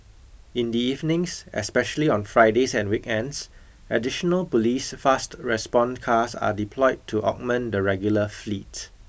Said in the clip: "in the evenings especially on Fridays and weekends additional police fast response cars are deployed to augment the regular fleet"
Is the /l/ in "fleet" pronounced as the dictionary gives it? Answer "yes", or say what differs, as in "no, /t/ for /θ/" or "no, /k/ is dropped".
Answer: yes